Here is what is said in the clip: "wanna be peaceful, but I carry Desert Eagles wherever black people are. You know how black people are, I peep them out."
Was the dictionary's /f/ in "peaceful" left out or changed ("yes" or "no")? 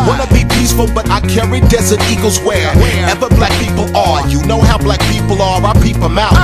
no